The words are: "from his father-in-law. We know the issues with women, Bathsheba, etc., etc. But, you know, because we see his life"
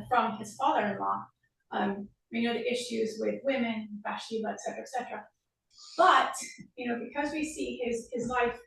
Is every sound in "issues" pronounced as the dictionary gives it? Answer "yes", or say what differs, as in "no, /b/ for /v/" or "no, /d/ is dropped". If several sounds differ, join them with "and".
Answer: yes